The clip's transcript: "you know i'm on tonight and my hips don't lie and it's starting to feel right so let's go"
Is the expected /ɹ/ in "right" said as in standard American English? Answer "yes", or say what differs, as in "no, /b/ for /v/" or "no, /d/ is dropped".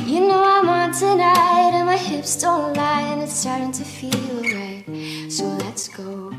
no, /w/ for /ɹ/